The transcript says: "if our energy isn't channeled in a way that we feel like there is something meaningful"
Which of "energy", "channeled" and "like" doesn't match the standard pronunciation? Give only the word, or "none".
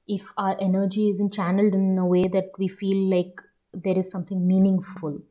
none